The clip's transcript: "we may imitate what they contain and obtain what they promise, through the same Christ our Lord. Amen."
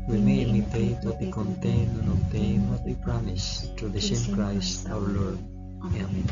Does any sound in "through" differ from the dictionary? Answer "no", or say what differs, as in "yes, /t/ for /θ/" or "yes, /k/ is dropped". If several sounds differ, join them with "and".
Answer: yes, /t/ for /θ/